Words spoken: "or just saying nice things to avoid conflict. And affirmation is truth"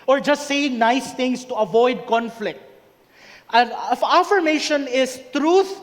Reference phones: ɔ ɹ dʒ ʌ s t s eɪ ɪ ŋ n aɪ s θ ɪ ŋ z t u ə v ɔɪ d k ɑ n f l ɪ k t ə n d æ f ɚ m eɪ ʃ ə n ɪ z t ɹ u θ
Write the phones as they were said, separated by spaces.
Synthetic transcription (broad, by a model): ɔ ɹ dʒ ʌ s t s eɪ ɪ ŋ n aɪ s t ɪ ŋ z t u ə v ɔɪ d k ɑ n f l ɪ k t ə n æ f ɚ m eɪ ʃ ə n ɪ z t ɹ u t